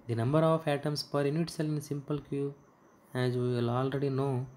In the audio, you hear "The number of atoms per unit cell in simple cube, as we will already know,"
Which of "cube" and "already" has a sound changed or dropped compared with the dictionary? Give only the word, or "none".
cube